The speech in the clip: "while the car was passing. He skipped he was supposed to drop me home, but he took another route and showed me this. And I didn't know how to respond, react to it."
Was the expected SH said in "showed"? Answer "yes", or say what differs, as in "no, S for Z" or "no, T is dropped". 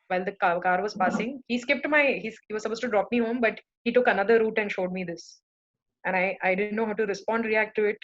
yes